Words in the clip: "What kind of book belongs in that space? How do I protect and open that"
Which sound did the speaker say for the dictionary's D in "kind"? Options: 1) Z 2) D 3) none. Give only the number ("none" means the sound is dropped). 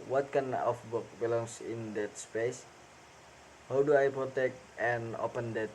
3